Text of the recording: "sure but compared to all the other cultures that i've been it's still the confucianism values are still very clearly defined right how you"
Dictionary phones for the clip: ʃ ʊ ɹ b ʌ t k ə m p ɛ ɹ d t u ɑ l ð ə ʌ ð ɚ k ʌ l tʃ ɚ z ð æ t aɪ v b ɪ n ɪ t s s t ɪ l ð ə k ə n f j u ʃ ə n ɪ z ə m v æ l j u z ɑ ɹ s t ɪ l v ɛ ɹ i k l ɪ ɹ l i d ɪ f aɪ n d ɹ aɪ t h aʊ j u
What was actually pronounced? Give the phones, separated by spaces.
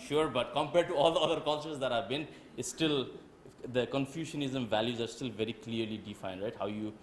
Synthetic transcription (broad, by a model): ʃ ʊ ɹ b ʌ t k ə m p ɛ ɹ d t u ɑ l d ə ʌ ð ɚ k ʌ l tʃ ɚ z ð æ t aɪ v b ɪ n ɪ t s s t ɪ l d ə k ə n f j u ʃ ə n ɪ z ə m v æ l j u z ɑ ɹ s t ɪ l v ɛ ɹ i k l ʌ ɹ l i d ɪ f aɪ n d ɹ aɪ t h aʊ j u